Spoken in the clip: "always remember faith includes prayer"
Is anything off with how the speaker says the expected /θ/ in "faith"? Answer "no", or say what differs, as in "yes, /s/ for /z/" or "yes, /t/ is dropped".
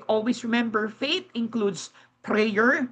yes, /t/ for /θ/